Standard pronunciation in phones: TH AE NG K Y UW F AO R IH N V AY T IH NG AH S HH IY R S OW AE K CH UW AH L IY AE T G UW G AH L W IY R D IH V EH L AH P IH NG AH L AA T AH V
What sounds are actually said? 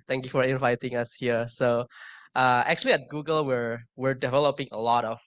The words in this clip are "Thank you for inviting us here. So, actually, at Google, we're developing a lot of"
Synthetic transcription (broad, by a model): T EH NG K Y UW F AO R IH N V AY T IH NG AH S HH IY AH S OW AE K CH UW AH L IY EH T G UW G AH L W IY R D IH V EH L AH P IH NG AH L AA T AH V